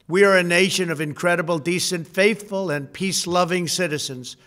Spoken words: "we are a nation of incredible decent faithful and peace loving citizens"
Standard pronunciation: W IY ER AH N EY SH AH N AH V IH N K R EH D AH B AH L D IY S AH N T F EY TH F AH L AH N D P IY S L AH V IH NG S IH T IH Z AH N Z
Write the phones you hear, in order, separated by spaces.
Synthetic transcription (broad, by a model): W IY ER AH N EY SH AH N AH V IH N K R EH D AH B L D IY S AH N T F EY TH F AH L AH N P IY S L AH V IH NG S IH T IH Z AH N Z